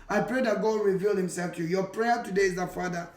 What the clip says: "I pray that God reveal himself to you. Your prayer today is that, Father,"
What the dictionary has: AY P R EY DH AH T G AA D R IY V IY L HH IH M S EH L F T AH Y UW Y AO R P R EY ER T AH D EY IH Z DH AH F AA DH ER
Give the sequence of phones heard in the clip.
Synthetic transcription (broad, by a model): AY P R EY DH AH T G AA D R IY V IY L HH IH M S EH L F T Y UW Y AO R P R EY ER T AH D EY IH Z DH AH F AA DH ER